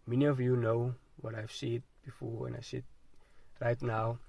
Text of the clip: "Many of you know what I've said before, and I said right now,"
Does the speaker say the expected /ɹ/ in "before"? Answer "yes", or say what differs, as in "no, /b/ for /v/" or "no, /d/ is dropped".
no, /w/ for /ɹ/